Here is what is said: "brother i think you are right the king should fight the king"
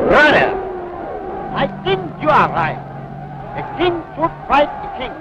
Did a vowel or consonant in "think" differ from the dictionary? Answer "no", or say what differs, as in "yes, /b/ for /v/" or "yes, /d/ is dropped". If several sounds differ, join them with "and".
yes, /t/ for /θ/